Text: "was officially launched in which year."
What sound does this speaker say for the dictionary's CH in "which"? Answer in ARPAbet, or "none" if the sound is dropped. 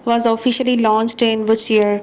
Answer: S